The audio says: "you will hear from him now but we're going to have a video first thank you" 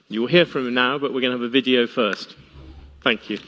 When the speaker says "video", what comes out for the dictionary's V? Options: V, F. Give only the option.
V